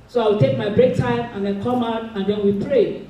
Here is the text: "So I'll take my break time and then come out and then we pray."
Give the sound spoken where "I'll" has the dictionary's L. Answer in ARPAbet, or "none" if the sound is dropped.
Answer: W